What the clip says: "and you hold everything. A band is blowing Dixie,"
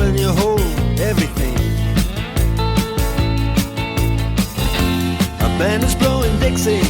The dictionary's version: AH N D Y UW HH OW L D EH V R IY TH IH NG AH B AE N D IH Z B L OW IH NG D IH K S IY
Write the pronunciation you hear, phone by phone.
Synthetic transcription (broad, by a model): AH N Y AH HH OW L EH V R IY TH IH NG AH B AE N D IH Z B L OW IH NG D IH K S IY